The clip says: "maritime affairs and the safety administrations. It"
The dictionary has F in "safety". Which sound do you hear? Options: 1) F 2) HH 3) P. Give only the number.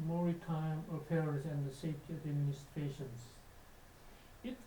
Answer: 1